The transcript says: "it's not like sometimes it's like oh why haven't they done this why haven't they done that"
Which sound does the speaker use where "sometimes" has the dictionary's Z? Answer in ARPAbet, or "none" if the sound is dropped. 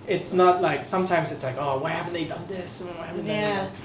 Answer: Z